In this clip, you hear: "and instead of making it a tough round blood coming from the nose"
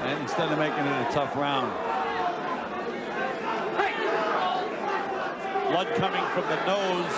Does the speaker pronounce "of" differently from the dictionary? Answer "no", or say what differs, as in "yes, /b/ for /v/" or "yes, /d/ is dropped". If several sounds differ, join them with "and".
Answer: no